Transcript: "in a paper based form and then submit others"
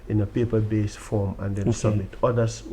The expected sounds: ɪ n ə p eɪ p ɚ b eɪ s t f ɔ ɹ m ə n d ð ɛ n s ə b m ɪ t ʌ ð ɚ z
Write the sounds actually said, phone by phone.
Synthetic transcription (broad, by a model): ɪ n ə p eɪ p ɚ b eɪ s f ɔ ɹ m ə n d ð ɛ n s ə b m ɪ t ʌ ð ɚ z